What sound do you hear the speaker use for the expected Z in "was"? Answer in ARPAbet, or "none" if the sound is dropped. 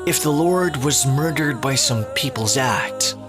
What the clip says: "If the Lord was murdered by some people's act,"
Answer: Z